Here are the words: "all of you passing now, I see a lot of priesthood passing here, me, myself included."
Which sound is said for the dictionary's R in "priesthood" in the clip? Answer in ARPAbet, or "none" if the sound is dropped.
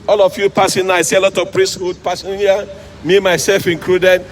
R